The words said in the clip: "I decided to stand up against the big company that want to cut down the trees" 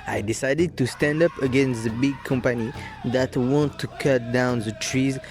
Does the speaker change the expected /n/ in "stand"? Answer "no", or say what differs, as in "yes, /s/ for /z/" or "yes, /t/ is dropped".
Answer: no